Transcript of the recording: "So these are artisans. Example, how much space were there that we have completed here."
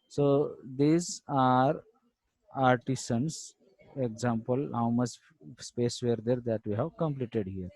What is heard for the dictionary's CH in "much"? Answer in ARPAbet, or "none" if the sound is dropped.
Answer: S